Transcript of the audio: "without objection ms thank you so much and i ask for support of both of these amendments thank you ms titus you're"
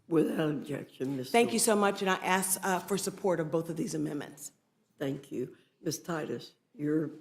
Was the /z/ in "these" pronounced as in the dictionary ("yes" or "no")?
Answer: yes